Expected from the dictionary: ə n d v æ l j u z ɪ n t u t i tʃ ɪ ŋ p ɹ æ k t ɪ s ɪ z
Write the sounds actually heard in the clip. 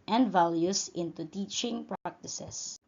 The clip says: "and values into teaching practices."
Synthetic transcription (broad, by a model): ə n d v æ l j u s ɪ n t u t i tʃ ɪ ŋ p ɹ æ k t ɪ s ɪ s